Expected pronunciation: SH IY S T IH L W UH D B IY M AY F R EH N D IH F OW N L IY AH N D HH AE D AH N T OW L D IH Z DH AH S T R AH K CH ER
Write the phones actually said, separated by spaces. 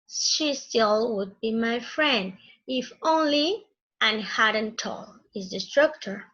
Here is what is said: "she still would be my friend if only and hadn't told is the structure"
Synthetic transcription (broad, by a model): SH IY S T IH L W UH D B IY M AY F R EH N D IH F OW N L IY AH N HH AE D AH N T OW L IH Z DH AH S T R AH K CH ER